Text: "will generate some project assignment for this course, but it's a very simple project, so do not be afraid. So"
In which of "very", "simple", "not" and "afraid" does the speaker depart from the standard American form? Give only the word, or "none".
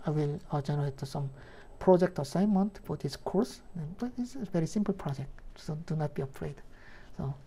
none